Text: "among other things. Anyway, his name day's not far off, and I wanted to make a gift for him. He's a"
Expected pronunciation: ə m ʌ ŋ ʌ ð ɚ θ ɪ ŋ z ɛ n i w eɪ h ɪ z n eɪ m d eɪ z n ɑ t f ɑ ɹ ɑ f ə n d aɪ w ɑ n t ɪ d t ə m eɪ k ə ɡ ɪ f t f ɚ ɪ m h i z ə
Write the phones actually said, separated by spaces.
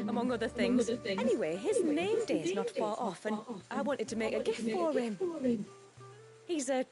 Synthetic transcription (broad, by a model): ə m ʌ ŋ ʌ ð ɚ θ ɪ ŋ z ɛ n i w eɪ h ɪ z n eɪ m d eɪ z n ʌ t f ɑ ɹ ɑ f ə n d aɪ w ɑ n t ɪ d t ə m eɪ k ə ɡ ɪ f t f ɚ ɪ m h i z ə